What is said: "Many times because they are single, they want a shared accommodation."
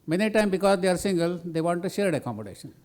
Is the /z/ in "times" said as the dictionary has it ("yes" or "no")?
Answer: no